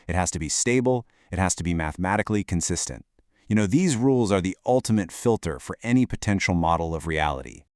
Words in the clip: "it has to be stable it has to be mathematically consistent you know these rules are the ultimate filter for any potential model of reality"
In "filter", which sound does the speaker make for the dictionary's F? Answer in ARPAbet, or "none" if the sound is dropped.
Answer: F